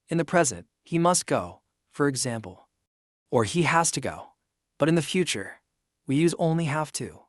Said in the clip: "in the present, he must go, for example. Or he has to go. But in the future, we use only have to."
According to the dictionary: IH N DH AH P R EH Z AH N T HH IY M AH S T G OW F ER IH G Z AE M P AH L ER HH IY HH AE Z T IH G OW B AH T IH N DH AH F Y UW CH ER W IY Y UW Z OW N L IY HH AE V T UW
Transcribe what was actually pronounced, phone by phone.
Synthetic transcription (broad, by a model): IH N DH AH P R EH Z AH N T HH IY M AH S T G OW F ER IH G Z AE M P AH L ER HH IY HH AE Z T IH G OW B AH T IH N DH AH F Y UW CH ER W IY Y UW Z OW N L IY HH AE F T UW